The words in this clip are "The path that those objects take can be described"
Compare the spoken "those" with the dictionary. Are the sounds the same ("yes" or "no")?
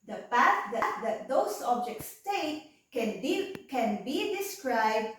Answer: no